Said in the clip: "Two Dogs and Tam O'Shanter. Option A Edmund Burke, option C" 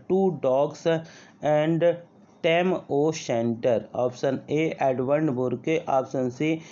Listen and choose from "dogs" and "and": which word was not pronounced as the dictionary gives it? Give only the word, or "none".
dogs